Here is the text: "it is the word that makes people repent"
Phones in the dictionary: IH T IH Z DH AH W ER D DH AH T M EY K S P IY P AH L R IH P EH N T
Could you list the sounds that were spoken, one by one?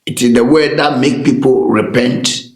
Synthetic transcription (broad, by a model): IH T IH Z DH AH W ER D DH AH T M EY K P IY P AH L R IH P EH N T